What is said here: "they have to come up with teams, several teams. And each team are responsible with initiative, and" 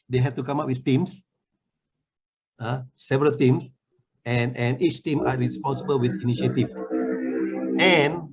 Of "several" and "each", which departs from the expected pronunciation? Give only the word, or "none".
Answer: none